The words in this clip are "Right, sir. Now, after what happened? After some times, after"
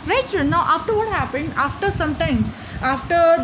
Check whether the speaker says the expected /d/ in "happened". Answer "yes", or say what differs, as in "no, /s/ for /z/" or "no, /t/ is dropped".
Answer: yes